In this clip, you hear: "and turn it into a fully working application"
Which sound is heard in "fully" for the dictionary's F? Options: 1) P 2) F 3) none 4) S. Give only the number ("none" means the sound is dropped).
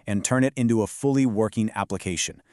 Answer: 2